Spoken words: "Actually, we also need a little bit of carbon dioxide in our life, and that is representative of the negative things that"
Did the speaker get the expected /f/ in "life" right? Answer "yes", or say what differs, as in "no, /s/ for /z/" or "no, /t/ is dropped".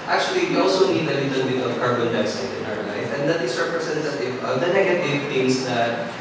yes